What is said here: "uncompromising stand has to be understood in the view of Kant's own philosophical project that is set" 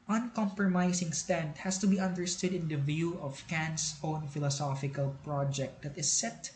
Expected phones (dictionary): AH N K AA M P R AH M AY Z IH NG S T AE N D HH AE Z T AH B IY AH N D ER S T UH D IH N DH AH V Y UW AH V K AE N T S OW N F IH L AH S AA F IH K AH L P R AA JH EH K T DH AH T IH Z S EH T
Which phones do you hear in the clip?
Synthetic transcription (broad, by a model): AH N K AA M P R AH M AY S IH NG S T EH N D HH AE S T AH B IY AH N D ER S T UH D IH N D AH V Y UW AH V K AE N S OW N F IH L AH S AA F IH K AH L P R AA JH EH K T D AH T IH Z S EH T